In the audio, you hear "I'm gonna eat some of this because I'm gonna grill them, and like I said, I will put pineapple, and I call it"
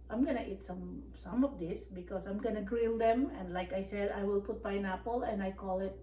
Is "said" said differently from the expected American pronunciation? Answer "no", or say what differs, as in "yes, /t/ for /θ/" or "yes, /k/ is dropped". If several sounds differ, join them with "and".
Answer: no